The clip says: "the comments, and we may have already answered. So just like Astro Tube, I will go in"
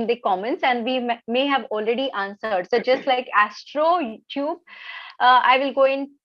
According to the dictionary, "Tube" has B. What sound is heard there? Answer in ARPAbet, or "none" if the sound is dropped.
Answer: B